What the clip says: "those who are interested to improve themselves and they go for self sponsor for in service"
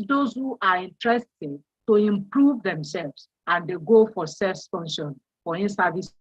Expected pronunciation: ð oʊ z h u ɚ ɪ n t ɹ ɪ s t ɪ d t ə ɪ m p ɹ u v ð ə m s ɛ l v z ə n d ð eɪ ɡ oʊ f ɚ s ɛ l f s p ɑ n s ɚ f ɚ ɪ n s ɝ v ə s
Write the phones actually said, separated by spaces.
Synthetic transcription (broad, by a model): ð oʊ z h u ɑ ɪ n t ɹ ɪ s t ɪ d t ə ɪ m p ɹ u v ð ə m s ɛ l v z ə n d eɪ ɡ oʊ f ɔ s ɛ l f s f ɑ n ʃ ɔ f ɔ ɪ n s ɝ v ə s